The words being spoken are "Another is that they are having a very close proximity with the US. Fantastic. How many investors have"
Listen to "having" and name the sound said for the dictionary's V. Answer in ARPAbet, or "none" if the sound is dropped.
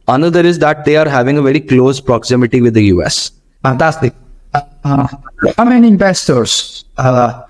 V